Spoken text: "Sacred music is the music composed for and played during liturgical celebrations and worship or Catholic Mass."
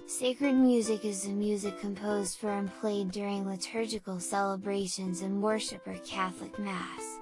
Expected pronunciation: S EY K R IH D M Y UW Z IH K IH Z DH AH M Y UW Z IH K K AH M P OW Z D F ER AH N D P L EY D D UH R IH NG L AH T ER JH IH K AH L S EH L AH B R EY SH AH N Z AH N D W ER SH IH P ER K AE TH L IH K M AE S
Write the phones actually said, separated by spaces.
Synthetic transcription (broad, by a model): S EY K R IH D M Y UW Z IH K IH Z DH AH M Y UW Z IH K K AH M P OW Z D F ER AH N P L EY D D UH R IH NG L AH T ER JH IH K L S EH L AH B R EY SH AH N Z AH N W ER SH IH P ER K AE TH L IH K M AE S